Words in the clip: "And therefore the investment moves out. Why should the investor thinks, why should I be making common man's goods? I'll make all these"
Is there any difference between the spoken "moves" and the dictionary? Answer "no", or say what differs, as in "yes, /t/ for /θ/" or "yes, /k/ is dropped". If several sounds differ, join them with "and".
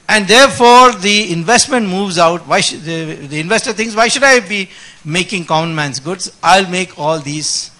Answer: no